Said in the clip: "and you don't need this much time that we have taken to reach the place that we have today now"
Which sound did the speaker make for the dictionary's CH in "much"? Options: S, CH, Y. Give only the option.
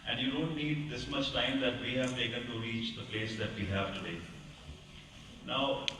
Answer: S